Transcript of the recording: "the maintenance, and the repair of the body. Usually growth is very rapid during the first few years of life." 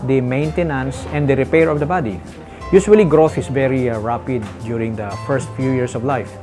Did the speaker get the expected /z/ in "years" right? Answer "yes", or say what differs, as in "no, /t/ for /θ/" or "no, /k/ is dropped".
no, /s/ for /z/